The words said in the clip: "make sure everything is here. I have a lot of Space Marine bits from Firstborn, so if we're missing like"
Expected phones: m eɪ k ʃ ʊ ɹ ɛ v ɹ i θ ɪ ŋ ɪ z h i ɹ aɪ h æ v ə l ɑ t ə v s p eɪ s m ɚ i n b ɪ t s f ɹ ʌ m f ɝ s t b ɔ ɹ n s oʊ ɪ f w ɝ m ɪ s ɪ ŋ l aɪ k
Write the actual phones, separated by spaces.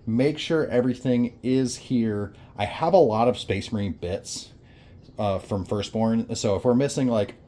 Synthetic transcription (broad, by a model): m eɪ k ʃ ʊ ɹ ɛ v ɹ i θ ɪ ŋ ɪ z h i ɹ aɪ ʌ v ə l ɑ t ə v s p eɪ s m ɚ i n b ɪ t s f ɹ ʌ m f ɝ s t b ɔ ɹ n s oʊ ɪ f w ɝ m ɪ s ɪ ŋ l aɪ k